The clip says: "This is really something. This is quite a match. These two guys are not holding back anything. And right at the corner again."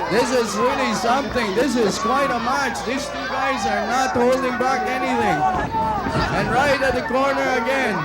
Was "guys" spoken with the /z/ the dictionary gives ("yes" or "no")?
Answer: yes